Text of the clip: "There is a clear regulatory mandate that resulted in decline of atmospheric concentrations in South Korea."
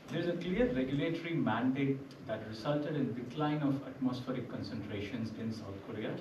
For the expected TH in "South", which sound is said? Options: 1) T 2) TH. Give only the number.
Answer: 1